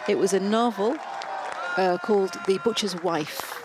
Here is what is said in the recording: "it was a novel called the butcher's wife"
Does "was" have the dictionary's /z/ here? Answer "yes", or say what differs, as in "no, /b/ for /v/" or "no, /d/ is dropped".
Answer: yes